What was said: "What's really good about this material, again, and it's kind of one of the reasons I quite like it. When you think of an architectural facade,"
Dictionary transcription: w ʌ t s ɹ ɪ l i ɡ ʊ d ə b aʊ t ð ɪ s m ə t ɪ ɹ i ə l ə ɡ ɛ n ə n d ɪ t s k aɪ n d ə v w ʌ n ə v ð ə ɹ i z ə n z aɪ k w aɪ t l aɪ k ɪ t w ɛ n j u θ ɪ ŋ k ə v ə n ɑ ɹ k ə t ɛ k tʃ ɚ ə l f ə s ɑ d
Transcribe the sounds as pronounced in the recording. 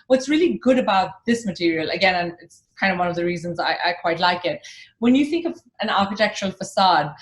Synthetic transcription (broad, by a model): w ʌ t s ɹ ɪ l i ɡ ʊ d ə b aʊ t ð ɪ s m ə t ɪ ɹ i ə l ə ɡ ɛ n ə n ɪ t s k aɪ n d ə v w ʌ n ə v ð ə ɹ i z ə n z aɪ k w aɪ t l aɪ k ɪ t w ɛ n j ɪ θ ɪ ŋ k ə v ə n ɑ ɹ k ə t ɛ k tʃ ɚ ə l f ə s ɑ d